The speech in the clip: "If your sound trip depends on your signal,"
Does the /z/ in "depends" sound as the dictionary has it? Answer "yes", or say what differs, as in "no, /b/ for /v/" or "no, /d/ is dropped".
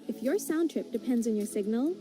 yes